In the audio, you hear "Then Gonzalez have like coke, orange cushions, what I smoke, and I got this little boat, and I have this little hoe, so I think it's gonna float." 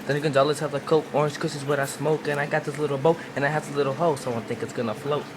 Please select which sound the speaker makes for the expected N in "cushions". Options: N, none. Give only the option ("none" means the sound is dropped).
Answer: none